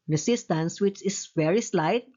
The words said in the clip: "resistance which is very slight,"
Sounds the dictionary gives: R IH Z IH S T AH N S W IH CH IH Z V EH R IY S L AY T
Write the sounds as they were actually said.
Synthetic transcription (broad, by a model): R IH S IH S T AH N S W IH CH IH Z V EH R IY S L AY T